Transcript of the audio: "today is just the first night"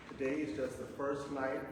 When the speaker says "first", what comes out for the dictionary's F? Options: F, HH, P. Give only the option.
F